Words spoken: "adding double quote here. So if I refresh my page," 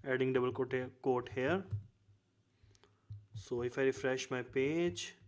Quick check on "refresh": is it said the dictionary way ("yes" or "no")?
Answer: yes